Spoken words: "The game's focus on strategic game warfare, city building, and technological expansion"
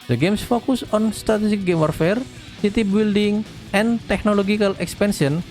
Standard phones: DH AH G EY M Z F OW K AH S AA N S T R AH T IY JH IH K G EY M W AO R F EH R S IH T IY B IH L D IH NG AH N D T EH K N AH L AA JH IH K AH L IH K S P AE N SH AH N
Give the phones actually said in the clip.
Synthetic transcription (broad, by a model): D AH G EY M S F OW K AH S AA N S T R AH T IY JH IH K G EY M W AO R F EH R S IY T IY B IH L D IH NG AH N T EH K N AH L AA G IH K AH L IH K S P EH N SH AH N